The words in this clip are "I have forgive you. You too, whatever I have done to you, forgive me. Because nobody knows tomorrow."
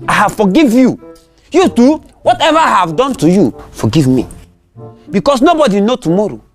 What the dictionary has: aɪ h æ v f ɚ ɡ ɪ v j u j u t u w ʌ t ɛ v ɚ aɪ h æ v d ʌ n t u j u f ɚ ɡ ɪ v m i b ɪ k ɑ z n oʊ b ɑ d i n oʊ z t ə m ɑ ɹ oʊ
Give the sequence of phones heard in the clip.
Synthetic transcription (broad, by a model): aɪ h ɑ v f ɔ ɡ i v j u j u t u w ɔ t ɛ v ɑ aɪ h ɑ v d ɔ n t u j u f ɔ ɡ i v m i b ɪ k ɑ s n oʊ b ɑ d i n oʊ t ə m ɑ ɹ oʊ